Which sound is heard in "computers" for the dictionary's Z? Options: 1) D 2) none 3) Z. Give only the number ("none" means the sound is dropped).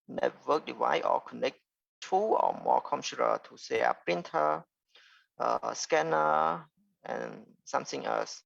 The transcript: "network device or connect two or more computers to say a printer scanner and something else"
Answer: 2